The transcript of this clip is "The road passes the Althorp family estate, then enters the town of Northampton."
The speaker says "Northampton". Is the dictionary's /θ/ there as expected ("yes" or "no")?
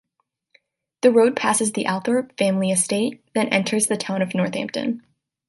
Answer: yes